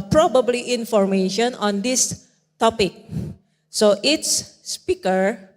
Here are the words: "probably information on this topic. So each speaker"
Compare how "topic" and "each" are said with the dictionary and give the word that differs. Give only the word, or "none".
each